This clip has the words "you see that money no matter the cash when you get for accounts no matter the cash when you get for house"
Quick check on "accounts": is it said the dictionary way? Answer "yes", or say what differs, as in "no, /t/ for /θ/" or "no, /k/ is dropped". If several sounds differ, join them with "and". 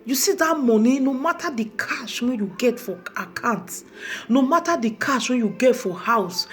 no, /s/ is dropped